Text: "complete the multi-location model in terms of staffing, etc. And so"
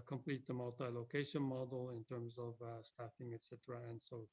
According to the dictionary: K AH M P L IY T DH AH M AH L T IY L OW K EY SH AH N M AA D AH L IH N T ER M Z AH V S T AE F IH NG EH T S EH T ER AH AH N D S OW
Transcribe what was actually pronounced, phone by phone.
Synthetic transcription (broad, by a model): K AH M P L IY T DH AH M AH L T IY L OW K EY SH AH N M AA D L IH N T ER M Z AH V S T AE F IH NG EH T S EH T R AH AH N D S OW